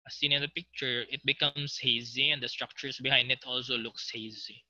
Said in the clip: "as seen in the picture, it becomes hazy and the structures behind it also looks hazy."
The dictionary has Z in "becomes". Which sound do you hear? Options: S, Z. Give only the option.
S